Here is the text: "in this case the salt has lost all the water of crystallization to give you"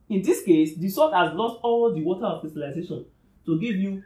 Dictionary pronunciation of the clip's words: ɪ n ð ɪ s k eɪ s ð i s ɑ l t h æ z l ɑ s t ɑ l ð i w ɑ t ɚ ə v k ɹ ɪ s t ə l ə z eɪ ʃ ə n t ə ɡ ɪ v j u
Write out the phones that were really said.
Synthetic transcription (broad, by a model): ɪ n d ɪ s k eɪ s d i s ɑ t h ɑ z l ɑ s t ɑ l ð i w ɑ t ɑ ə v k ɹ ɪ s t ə l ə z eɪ ʃ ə n t ə ɡ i v j u